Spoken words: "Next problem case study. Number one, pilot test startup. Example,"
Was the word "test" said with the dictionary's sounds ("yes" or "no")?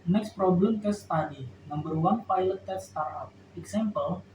no